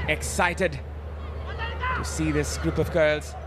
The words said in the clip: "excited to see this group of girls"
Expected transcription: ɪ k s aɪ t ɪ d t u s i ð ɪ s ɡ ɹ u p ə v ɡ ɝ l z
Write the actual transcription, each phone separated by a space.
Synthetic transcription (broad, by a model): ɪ k s aɪ t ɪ d t u s i ð ɪ s ɡ ɹ u p ə v ɡ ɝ l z